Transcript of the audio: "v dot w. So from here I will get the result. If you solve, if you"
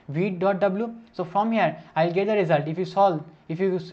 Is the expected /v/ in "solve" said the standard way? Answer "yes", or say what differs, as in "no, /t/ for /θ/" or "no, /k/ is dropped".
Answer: no, /v/ is dropped